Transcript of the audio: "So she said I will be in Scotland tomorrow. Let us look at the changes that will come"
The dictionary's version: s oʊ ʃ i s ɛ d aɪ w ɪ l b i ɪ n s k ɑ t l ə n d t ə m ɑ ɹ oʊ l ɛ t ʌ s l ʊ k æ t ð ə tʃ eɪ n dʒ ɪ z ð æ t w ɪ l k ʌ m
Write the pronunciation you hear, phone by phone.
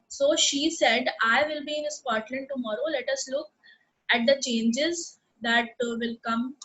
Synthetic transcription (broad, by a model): s oʊ ʃ i s ɛ d aɪ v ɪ l b i ɪ n s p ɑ t l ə n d t ə m ɑ ɹ oʊ l ɛ t ʌ s l ʊ k æ t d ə tʃ eɪ n dʒ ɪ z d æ t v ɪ l k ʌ m